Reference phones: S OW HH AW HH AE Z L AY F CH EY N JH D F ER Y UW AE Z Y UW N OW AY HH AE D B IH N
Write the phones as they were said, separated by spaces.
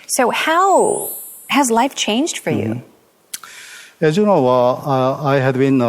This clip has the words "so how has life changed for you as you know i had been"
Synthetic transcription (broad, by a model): S OW HH AW HH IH Z L AY F CH EY N JH D F ER Y UW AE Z Y UW N OW AY HH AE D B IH N